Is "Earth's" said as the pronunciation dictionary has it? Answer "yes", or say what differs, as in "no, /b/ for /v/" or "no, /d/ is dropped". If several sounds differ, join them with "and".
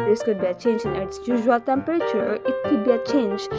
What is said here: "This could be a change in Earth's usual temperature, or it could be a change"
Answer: no, /t/ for /θ/